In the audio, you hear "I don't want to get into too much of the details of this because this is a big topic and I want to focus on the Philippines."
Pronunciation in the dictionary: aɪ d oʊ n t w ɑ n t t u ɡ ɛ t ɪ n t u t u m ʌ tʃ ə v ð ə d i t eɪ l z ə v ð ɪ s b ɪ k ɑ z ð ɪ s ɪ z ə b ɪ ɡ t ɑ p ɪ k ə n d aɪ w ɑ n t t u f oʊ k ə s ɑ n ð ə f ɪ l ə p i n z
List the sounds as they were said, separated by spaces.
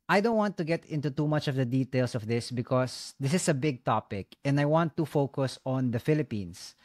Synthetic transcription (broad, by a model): aɪ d oʊ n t w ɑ n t t u ɡ ɛ t ɪ n t u t u m ʌ tʃ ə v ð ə d i t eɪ l s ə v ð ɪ s b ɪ k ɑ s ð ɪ s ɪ s ə b ɪ ɡ t ɑ p ɪ k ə n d aɪ w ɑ n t t u f oʊ k ə s ɑ n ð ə f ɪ l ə p i n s